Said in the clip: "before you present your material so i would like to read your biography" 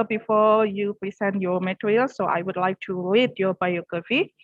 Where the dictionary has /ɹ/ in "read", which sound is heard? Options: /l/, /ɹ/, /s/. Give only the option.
/l/